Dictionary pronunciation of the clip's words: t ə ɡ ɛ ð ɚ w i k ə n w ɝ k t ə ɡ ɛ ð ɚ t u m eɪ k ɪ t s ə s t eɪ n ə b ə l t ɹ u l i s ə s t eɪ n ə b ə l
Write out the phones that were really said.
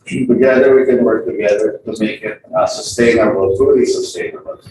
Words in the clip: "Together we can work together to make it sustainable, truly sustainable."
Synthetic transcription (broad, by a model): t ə ɡ ɛ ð ɚ w i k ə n w ɝ k t ə ɡ ɛ ð ɚ t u m eɪ k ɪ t s ə s t eɪ n ə b ə l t u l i s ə s t eɪ n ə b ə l